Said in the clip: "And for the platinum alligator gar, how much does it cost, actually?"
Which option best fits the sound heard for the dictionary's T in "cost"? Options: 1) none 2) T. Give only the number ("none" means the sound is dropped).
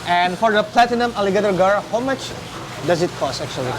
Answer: 1